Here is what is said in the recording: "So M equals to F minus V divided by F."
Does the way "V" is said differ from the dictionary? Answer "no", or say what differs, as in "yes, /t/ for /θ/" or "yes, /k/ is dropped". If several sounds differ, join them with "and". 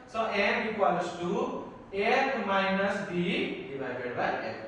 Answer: yes, /b/ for /v/